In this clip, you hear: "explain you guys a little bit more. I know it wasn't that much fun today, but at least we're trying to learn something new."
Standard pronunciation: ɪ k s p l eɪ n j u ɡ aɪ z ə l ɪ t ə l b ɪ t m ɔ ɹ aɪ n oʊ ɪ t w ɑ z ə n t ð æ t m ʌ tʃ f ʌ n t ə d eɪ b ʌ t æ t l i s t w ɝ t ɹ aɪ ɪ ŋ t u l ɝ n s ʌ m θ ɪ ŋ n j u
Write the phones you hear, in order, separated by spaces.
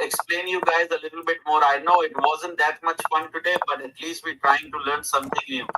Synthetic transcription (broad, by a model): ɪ k s p l eɪ n j u ɡ aɪ z ə l ɪ t ə l b ɪ t m ɔ ɹ aɪ n oʊ ɪ t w ɑ z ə n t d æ t m ʌ tʃ f ʌ n t ə d eɪ b ʌ t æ t l i s t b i t ɹ aɪ ɪ ŋ t u l ɝ n s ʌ m t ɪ ŋ n j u